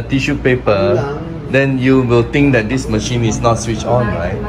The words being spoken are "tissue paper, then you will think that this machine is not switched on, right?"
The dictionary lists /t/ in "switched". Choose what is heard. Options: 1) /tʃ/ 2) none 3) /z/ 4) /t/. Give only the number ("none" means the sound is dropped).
2